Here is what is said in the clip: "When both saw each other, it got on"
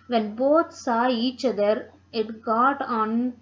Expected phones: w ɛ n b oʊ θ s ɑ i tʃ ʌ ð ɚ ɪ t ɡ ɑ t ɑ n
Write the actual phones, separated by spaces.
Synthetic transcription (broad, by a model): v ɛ n b oʊ t s ɑ i tʃ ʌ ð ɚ ɪ t ɡ ɑ t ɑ n